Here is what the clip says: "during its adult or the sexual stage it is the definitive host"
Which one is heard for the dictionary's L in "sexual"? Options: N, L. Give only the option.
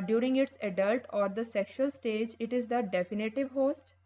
L